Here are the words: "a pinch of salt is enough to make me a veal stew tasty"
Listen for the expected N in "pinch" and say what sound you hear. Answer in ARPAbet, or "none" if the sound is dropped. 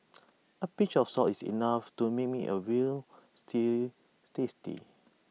none